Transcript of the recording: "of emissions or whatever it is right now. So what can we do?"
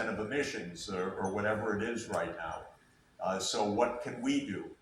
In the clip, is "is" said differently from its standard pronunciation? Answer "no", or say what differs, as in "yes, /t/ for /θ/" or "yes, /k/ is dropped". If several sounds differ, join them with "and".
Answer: no